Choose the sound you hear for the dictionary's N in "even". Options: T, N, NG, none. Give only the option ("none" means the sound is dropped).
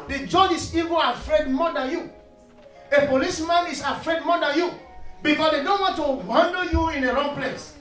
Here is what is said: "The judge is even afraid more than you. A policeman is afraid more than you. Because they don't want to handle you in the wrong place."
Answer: none